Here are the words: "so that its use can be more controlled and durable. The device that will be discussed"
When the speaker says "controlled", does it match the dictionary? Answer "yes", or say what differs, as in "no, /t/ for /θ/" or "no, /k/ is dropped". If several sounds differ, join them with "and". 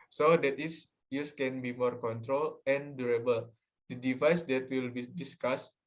no, /d/ is dropped